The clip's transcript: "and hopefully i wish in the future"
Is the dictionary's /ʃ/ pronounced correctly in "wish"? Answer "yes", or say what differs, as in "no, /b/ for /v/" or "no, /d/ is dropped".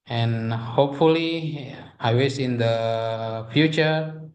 no, /s/ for /ʃ/